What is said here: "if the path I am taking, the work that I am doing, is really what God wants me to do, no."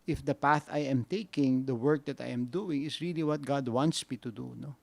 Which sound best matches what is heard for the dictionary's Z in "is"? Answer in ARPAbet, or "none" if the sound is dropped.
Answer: S